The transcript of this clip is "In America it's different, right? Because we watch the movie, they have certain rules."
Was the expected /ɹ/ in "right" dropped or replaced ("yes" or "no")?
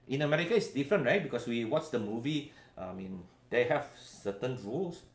no